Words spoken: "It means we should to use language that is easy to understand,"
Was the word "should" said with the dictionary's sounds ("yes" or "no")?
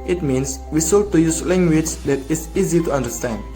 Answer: no